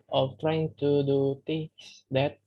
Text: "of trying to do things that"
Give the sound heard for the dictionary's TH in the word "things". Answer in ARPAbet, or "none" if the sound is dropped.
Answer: T